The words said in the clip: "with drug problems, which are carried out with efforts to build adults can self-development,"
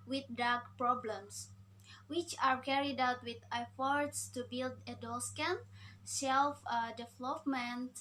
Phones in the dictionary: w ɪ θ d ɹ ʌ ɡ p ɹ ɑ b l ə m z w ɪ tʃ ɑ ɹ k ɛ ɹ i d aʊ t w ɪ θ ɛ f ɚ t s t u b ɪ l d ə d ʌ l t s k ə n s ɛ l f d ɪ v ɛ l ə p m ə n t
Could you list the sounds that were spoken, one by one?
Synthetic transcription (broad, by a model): w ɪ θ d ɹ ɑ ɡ p ɹ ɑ b l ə m s w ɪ tʃ ɑ ɹ k ɛ ɹ i d aʊ t w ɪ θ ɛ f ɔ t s t u b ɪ l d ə d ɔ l s k ə n s ɛ l f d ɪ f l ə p m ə n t